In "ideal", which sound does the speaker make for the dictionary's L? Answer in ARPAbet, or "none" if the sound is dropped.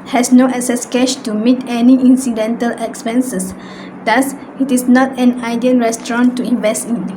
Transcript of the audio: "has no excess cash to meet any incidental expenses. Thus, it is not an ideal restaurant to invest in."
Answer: N